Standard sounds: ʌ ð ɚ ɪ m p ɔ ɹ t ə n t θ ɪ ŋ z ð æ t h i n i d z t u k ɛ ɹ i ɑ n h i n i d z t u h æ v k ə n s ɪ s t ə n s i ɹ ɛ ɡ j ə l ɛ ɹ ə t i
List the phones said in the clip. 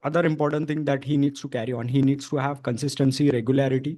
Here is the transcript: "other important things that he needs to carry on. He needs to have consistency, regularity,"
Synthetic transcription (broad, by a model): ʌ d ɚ ɪ m p ɔ ɹ t ə n t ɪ ŋ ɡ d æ t h i n i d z t u k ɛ ɹ i ɑ n h i n i d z t u h æ v k ə n s ɪ s t ə n s i ɹ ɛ ɡ j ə l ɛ ɹ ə t i